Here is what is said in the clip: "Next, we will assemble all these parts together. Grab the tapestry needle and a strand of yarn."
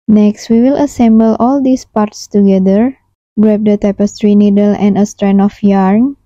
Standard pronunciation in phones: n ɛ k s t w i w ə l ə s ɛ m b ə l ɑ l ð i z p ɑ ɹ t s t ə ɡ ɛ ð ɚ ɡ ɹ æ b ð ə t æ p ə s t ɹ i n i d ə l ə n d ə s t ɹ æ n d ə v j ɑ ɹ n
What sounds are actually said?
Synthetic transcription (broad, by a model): n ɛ k s t w i w ə l ə s ɛ m b ə l ɑ l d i s p ɑ ɹ t s t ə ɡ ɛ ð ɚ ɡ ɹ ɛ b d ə t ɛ p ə s t ɹ i n i d ə l ə n d ə s t ɹ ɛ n ə f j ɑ ɹ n